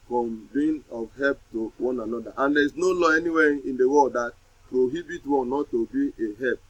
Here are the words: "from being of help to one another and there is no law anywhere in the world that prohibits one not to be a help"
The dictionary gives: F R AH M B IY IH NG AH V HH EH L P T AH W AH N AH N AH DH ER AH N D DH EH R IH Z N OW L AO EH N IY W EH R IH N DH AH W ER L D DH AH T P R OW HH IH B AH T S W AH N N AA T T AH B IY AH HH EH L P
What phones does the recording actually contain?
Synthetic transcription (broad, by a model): F R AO M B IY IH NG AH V HH EH L P T AH W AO N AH N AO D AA AH N D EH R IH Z N OW L AO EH N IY W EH IH N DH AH W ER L D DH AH T P R OW HH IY B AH T W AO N N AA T T AH B IY AH HH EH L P